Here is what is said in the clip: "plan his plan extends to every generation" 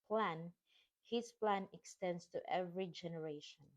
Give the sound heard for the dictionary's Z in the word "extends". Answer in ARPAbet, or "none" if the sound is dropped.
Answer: S